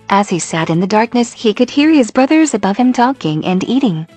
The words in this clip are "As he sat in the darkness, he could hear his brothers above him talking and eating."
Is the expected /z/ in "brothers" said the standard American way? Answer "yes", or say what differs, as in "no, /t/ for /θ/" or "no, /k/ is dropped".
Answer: yes